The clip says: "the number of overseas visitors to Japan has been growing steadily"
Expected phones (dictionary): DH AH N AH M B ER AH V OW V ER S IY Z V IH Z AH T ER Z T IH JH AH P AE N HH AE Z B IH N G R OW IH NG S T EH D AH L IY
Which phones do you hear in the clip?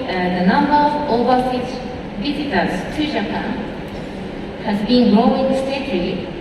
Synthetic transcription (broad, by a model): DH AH N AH M B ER AH V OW B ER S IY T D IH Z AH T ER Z T IH JH AH P AE N HH AE Z B IH N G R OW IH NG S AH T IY